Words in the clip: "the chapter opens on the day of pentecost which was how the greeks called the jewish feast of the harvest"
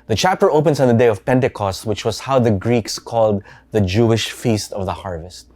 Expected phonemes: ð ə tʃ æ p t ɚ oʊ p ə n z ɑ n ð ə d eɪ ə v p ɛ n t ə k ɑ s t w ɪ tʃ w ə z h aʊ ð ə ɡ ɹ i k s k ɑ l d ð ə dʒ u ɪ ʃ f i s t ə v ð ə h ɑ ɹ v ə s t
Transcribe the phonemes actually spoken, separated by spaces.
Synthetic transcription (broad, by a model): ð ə tʃ æ p t ɚ oʊ p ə n s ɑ n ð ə d eɪ ə v p ɛ n t ə k ɑ s t w ɪ tʃ w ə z h aʊ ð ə ɡ ɹ i k s k ɑ l d ð ə dʒ u ɪ ʃ f i s t ə v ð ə h ɑ ɹ v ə s t